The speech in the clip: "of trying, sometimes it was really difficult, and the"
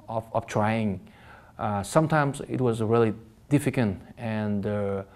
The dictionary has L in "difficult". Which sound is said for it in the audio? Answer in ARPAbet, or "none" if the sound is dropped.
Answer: N